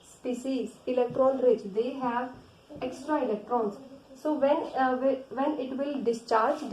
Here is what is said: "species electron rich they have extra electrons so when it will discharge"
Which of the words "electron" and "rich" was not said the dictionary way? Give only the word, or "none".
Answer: none